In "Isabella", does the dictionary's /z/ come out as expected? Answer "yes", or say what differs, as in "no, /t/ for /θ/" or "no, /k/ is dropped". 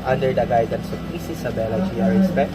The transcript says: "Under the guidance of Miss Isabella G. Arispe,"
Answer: no, /s/ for /z/